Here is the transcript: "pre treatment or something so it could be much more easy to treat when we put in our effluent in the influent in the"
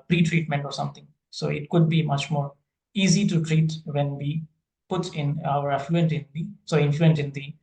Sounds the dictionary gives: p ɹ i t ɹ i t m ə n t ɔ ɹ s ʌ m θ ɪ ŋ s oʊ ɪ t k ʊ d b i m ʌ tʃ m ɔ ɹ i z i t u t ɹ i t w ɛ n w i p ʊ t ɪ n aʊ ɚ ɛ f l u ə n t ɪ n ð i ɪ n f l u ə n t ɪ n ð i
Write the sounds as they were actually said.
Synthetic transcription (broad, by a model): p ɹ i t ɹ i t m ə n t ɔ ɹ s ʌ m t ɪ ŋ s oʊ ɪ t k ʊ d b i m ʌ tʃ m ɔ ɹ i z i t u t ɹ i t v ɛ n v i p ʊ t ɪ n aʊ ɚ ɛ f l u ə n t ɪ n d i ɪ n f l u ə n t ɪ n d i